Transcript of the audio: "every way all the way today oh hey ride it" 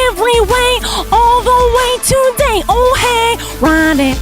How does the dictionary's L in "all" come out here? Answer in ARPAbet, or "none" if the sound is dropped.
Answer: L